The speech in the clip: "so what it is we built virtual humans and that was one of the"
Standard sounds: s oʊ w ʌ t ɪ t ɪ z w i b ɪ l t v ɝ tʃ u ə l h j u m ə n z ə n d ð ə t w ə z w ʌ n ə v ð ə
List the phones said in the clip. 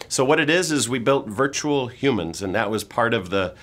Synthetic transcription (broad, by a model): s oʊ w ʌ t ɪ t ɪ z w i b ɪ l t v ɝ tʃ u l h j u m ə n z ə n ð ə t w ə z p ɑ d ə v ð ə